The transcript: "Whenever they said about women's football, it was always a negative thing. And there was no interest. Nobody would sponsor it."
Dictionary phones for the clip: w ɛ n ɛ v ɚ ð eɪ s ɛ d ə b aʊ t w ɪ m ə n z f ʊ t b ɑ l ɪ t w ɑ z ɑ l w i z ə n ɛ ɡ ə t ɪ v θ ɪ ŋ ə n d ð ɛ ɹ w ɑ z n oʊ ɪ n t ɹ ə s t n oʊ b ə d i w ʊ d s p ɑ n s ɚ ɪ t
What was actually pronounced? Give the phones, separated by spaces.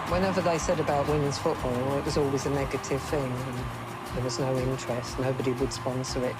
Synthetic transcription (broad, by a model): w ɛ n ɛ v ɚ ð eɪ s ɛ d ə b aʊ t w ɪ m ə n z f ʊ t b ɑ l ɪ t w ɑ z ɑ l w i z ə n ɛ ɡ ə t ɪ v θ ɪ ŋ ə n ð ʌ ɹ w ɑ z n oʊ ɪ n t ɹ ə s t n oʊ b ə d i w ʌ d s p ɑ n s ɚ ɪ t